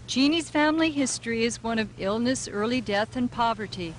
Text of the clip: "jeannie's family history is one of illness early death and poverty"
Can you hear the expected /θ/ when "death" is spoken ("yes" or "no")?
yes